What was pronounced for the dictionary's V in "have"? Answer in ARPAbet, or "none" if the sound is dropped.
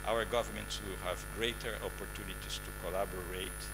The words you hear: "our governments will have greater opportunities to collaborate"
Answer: V